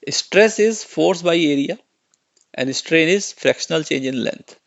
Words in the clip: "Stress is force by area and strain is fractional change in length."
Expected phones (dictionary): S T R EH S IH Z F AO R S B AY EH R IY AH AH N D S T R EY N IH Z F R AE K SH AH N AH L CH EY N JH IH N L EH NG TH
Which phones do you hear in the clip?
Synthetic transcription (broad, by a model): S T R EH S IH Z F AO R S B AY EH R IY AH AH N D S T R EY N IH Z F R AE K SH AH N AH L CH EY N JH IH N L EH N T